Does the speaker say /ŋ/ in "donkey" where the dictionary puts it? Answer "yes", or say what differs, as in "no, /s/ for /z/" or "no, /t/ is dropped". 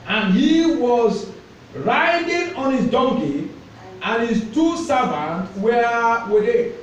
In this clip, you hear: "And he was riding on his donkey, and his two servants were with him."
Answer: yes